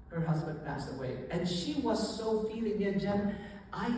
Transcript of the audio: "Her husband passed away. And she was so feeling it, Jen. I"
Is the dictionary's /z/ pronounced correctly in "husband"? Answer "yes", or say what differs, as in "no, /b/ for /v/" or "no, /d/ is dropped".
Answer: yes